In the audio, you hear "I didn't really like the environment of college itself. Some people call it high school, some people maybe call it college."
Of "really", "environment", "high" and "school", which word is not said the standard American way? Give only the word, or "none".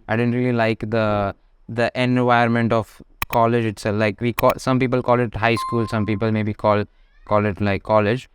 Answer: environment